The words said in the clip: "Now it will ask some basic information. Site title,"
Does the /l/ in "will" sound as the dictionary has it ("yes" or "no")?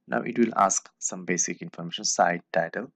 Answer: yes